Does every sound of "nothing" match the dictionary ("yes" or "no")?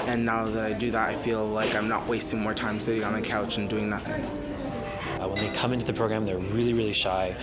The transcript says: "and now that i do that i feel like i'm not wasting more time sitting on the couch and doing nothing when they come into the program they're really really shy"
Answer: yes